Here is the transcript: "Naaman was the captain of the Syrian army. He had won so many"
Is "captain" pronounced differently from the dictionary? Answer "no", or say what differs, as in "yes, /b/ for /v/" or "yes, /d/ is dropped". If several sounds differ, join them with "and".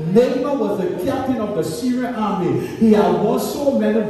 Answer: no